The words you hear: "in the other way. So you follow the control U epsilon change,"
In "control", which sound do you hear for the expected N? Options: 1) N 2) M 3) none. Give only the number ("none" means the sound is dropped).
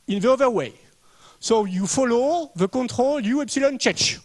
3